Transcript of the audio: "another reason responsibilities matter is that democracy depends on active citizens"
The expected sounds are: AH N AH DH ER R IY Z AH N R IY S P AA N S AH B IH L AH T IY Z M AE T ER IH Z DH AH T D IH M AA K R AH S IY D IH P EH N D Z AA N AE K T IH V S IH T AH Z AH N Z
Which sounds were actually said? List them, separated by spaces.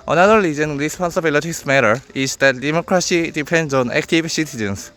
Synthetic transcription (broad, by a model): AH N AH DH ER L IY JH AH N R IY S P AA N S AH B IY L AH T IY S M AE T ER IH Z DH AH T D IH M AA K R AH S IY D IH P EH N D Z AA N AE K T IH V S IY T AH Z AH N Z